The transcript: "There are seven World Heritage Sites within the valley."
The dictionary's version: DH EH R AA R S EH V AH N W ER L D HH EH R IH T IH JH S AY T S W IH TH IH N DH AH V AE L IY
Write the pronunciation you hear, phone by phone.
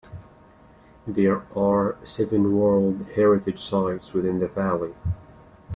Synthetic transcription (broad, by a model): DH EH R AA R S EH V AH N W ER L D HH EH R IH T IH JH S AY T S W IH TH IH N DH AH V AE L IY